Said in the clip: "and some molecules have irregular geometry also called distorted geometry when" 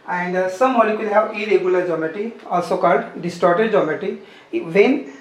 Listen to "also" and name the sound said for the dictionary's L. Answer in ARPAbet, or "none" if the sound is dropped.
L